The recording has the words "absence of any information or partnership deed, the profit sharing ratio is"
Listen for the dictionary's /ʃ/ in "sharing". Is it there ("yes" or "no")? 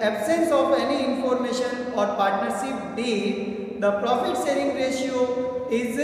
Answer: no